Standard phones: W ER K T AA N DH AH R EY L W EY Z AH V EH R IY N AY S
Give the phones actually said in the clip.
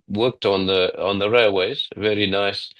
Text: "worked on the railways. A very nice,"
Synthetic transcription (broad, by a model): W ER K T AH N DH AH R EY L W EY Z V EH R IY N AY S